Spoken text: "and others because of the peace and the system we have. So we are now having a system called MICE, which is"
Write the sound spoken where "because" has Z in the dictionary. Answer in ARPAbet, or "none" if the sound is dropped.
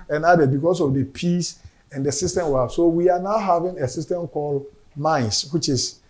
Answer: S